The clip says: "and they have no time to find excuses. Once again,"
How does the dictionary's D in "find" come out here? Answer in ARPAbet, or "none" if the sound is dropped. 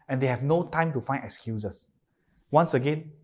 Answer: none